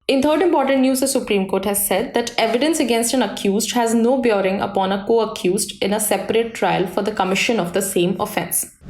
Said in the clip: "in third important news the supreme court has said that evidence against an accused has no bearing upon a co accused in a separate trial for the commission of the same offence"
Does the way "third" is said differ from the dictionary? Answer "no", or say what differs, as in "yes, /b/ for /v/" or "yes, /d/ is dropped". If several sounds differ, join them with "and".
yes, /t/ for /θ/